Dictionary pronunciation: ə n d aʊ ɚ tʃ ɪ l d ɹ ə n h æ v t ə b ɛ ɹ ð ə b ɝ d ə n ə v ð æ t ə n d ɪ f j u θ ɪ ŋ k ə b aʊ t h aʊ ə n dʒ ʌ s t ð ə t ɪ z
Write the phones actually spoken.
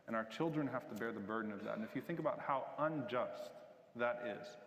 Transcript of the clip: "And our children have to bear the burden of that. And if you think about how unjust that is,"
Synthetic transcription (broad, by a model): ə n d aʊ ɚ tʃ ɪ l d ɹ ə n h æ f t ə b ɛ ɹ ð ə b ɝ d n ə v ð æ t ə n ɪ f j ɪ θ ɪ ŋ k ə b aʊ t h aʊ ə n dʒ ʌ s t ð ə t ɪ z